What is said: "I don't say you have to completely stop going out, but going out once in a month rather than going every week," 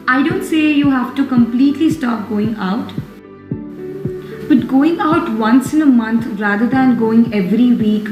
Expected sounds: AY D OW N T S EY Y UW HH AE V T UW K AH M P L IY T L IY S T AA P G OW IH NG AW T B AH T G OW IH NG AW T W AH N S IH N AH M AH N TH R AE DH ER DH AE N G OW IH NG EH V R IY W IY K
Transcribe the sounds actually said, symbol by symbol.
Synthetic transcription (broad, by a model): AY D OW N T S EY Y UW HH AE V T UW K AH M P L IY T L IY S T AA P G OW IH NG AW T B AH T G OW IH NG AW T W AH N S IH N AH M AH N T R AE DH ER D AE N G OW IH NG EH V R IY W IY K